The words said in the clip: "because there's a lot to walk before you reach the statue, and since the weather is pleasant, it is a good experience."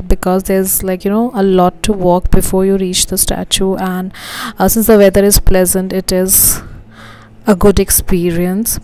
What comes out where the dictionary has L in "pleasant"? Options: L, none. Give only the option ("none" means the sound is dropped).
L